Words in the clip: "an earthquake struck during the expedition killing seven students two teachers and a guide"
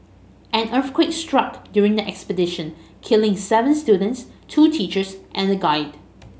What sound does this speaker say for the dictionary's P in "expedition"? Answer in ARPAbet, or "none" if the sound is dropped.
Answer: P